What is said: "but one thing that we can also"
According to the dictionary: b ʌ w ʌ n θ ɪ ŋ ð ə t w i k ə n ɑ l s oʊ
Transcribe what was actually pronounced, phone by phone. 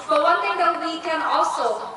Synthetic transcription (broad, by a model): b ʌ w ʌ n t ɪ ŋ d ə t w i k ə n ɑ l s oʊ